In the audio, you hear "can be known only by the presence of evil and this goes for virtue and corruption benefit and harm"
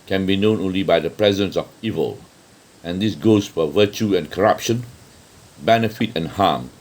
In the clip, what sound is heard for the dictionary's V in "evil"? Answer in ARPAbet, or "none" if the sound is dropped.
V